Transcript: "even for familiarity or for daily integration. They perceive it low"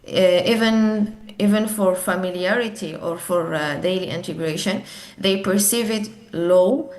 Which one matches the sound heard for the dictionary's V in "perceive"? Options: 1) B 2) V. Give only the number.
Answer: 2